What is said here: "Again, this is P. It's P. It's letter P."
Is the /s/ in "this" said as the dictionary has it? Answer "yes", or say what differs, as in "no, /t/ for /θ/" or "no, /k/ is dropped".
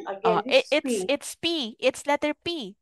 no, /s/ is dropped